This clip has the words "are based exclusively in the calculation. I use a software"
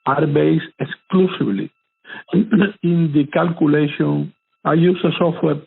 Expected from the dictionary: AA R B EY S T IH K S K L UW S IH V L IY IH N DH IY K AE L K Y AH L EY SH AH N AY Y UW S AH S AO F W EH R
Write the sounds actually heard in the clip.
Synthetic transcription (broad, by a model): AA R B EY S IH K S K L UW S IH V L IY IH N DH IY K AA L K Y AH L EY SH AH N AY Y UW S AH S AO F W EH R